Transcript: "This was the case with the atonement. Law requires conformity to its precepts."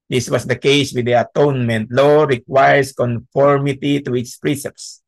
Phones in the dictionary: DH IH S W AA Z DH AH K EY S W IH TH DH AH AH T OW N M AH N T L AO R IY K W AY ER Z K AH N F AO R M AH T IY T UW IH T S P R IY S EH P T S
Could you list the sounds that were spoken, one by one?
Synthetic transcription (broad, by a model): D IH S W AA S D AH K EY S W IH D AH AH T OW N M AH N T L AO R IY K W AY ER S K AH N F AO R M AH T IY T UW IH T S P R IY S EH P S